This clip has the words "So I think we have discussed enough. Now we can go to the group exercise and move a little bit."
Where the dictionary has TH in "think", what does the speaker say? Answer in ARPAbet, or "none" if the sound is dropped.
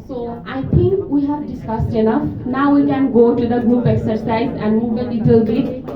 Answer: T